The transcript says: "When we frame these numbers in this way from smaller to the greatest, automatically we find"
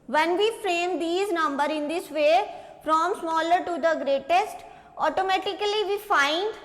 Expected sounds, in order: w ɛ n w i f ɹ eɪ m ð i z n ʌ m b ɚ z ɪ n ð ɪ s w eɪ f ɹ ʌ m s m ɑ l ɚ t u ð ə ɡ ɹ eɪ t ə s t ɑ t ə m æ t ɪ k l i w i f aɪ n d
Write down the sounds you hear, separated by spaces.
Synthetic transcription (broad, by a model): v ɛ n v i f ɹ eɪ m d i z n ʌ m b ɚ ɪ n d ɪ s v eɪ f ɹ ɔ m s m ɑ l ɚ t u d ə ɡ ɹ eɪ t ə s t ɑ t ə m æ t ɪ k l i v i f aɪ n d